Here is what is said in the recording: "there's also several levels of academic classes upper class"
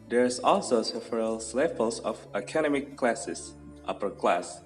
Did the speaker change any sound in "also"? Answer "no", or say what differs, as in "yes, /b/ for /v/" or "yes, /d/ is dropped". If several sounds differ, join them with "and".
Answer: no